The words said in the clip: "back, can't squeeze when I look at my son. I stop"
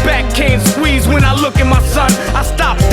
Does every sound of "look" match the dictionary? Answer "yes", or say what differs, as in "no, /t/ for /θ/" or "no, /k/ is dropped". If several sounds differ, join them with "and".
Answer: yes